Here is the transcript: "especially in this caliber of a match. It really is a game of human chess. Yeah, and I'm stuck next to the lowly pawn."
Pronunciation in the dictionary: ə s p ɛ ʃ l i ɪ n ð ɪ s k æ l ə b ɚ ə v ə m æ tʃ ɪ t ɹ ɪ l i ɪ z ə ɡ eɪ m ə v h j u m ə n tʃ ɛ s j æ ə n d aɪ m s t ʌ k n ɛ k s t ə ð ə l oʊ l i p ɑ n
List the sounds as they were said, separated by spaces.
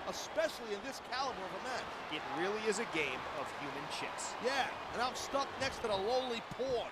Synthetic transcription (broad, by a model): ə s p ɛ ʃ l i ɪ n ð ɪ s k æ l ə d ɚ ə v ə m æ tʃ ɪ t ɹ ɪ l i ɪ z ə ɡ eɪ m ə v h j u m ə n tʃ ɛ s j æ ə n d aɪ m s t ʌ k n ɛ k s t ə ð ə l oʊ l i p ɑ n